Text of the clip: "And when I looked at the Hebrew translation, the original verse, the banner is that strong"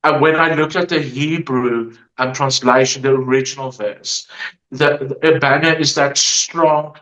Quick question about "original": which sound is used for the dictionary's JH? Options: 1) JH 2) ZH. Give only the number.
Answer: 1